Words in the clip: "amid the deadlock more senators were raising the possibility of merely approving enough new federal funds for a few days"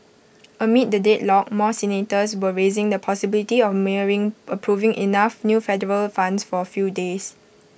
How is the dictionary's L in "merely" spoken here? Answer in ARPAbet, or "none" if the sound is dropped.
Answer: none